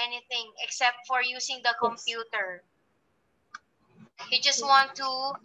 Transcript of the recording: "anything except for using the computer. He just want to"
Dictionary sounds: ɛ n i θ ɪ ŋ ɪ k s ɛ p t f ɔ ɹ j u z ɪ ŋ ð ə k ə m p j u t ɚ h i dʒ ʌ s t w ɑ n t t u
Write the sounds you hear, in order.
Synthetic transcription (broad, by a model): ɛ n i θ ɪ ŋ ɪ k s ɛ p t f ɔ ɹ j u s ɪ ŋ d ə k ə m p j u t ɚ h i dʒ ʌ s t w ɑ n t t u